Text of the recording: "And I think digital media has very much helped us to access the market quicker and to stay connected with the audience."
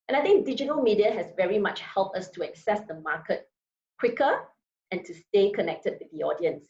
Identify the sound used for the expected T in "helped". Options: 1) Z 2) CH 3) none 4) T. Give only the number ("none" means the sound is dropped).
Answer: 4